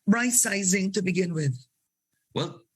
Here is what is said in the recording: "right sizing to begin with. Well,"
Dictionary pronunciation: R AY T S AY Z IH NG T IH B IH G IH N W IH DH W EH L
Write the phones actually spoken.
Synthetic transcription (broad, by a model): R AY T S AY Z IH NG T IH B IH G IH N W IH DH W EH L